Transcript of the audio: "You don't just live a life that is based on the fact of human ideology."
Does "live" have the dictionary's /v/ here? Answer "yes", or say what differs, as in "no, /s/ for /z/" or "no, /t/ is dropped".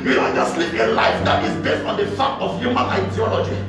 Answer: no, /p/ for /v/